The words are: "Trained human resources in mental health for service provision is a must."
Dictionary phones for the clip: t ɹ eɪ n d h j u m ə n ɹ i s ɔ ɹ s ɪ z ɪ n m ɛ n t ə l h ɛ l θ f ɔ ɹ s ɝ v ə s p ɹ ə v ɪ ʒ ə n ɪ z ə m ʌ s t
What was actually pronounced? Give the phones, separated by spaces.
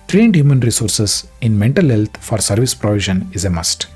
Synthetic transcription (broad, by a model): t ɹ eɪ n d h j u m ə n ɹ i s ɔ ɹ s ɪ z ɪ n m ɛ n t ə l h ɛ l t f ɔ ɹ s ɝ v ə s p ɹ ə v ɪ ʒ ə n ɪ z ə m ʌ s t